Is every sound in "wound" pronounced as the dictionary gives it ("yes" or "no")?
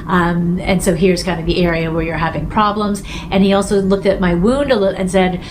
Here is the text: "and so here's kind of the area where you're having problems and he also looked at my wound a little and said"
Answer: yes